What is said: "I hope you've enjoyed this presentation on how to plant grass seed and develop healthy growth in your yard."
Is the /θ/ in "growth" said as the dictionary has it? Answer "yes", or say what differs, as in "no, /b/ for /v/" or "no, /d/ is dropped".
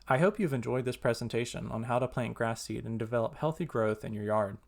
yes